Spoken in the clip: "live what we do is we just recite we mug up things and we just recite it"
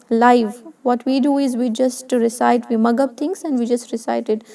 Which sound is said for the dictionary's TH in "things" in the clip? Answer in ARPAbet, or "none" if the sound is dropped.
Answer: T